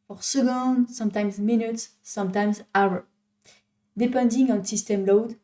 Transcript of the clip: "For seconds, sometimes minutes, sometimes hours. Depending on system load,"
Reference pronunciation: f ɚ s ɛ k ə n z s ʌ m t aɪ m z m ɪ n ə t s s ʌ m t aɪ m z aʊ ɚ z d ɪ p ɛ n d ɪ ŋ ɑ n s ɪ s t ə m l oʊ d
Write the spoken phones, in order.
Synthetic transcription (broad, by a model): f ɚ s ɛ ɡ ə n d s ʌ m t aɪ m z m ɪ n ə t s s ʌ m t aɪ m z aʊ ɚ d ɪ p ɛ n d ɪ ŋ ɑ n s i s t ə m l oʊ d